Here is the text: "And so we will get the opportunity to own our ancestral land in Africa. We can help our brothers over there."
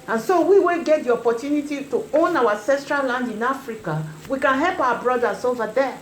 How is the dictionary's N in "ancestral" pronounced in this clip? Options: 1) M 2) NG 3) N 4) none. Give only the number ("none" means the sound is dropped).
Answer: 4